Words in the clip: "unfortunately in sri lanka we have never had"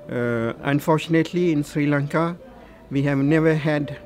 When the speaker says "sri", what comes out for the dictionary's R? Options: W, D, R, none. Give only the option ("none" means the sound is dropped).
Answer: R